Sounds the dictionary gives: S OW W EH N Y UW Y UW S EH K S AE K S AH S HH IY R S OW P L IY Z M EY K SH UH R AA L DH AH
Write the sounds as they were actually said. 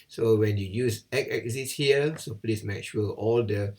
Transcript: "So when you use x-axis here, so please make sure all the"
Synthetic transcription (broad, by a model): S OW W EH N Y UW Y UW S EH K EH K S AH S HH IY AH S OW P L IY S M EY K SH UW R AA L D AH